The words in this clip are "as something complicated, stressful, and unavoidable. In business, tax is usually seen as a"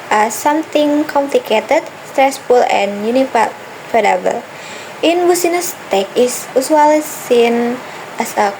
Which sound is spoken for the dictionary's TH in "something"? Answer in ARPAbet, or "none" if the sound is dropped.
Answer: T